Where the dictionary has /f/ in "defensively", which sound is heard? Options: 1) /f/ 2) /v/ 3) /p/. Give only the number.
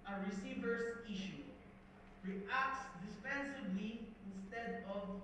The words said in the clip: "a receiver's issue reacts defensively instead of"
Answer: 3